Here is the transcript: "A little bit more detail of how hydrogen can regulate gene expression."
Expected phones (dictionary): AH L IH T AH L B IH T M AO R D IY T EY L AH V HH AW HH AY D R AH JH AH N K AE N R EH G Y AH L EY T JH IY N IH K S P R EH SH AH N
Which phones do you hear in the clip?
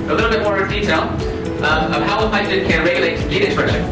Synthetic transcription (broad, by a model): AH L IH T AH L B IH T M AO R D IY T EY L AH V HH AW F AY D AH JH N K AE N R EH G Y AH L EY T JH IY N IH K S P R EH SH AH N